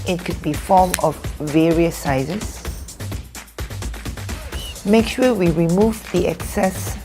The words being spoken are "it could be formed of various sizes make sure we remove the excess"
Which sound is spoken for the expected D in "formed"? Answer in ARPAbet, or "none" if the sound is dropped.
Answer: none